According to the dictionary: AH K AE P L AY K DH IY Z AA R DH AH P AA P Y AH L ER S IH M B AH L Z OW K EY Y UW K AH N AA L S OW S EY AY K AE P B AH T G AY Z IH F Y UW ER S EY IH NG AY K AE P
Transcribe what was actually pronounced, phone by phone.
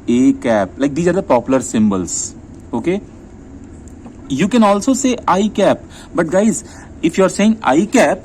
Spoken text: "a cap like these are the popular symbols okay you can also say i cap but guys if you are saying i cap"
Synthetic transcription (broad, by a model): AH K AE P L AY K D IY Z AA R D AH P AA P Y AH L ER S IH M B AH L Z OW K EY Y UW K AH N AA L S OW S EY AY K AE P B AH T G AY Z IH F Y UW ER S EY IH NG AY K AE P